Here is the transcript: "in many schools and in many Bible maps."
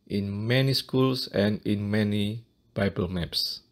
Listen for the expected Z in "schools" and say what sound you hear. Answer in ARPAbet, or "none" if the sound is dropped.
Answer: S